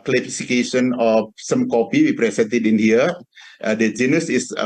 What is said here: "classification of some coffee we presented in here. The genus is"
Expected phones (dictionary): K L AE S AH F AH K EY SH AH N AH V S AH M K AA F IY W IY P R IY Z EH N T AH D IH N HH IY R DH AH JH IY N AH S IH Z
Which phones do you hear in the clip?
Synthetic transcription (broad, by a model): K L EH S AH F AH K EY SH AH N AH F S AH M K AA P IY W IY P R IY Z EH N T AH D IH N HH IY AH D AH JH IY N AH S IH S